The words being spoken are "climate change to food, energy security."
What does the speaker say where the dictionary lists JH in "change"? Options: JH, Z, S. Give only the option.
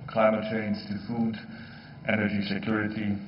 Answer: Z